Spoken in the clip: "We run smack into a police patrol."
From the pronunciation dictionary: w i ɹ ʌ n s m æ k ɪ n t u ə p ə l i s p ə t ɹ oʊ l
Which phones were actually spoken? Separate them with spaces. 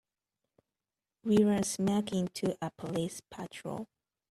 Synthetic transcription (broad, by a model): w i ɹ ʌ n s m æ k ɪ n t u ə p ə l i s p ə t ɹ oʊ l